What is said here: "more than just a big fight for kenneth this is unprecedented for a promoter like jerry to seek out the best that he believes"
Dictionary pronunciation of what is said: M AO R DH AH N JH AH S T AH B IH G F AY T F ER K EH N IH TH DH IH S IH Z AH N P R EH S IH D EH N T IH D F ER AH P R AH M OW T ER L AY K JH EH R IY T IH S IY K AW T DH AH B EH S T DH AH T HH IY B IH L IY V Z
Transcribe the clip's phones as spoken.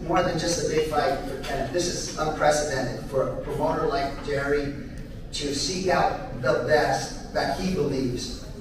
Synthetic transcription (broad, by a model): M AO R DH AH N JH AH S T AH B IH G F AY T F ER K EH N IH DH IH S IH Z AH N P R EH S IH D EH N T IH D F ER P R AH M OW T ER L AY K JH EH R IY T IH S IY K AW T DH AH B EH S DH AH T HH IY B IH L IY V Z